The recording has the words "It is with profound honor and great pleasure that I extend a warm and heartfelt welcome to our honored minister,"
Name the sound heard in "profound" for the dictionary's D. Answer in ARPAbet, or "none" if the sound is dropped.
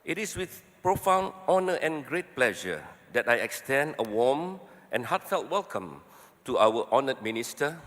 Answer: none